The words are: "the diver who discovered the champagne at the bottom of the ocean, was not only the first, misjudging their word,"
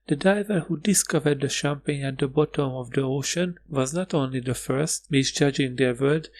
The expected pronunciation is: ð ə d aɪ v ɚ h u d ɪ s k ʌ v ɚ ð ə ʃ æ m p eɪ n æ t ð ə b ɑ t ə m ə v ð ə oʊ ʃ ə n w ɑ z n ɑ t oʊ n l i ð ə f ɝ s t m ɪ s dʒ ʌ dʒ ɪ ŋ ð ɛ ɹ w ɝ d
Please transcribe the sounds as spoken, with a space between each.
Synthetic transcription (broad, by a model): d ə d aɪ v ɚ h u d ɪ s k ʌ v ɚ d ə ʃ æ m p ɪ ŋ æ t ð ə b ɑ t ə m ə v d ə oʊ ʃ ə n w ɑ z n ɑ t oʊ n l i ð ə f ɝ s t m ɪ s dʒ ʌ dʒ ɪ ŋ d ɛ ɹ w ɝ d